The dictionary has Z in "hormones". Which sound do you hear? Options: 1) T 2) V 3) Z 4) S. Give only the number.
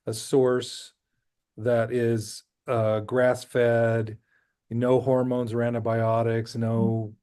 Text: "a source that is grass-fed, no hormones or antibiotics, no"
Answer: 3